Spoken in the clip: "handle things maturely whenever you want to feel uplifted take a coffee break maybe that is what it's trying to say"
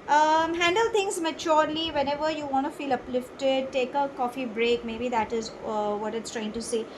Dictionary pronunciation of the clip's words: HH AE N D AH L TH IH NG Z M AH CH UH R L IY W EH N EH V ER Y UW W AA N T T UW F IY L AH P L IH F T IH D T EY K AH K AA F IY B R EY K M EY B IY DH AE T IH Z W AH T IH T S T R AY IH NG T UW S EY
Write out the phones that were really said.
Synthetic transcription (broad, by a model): HH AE N D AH L T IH NG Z M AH CH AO R L IY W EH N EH V ER Y UW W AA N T T UW F IY L AH P L IH F T IH D T EY K AH K AA F IY B R EY K M EY B IY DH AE T IH Z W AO T IH T S T R AY IH NG T UW S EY